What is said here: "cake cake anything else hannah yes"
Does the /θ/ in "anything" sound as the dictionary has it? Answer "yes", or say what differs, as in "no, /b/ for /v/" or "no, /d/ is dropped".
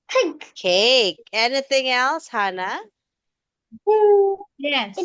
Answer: yes